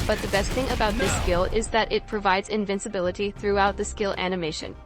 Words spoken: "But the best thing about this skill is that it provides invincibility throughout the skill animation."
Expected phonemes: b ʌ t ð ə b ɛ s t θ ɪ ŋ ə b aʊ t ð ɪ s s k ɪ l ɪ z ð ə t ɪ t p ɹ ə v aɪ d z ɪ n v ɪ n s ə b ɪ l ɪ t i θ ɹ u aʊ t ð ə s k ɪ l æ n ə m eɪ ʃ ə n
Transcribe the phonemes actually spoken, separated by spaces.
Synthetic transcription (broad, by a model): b ʌ t ð ə b ɛ s t θ ɪ ŋ ə b aʊ t ð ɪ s s k ɪ l ɪ z ð ə t ɪ t p ɹ ə v aɪ d z ɪ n v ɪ n s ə b ɪ l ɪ t i θ ɹ u aʊ t ð ə s k ɪ l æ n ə m eɪ ʃ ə n